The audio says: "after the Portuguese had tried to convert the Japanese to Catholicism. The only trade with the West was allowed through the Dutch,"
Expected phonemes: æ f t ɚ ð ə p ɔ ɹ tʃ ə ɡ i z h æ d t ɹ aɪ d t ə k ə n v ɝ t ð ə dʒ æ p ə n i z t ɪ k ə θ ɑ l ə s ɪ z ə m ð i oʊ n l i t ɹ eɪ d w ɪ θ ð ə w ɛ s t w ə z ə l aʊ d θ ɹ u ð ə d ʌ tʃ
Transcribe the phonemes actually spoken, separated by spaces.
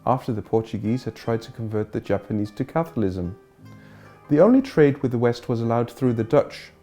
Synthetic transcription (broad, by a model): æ f t ɚ ð ə p ɔ ɹ tʃ ə ɡ i z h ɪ d t ɹ aɪ d t ə k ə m v ɝ t ð ə dʒ æ p ə n i z t ɪ k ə θ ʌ l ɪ z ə m ð i oʊ n l i t ɹ eɪ d w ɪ ð ə w ɛ s t w ə z ə l aʊ d θ ɹ u ð ə d ʌ tʃ